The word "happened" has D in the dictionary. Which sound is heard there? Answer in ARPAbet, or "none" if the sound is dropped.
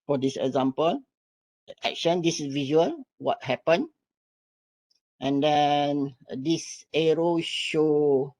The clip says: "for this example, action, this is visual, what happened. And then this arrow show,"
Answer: none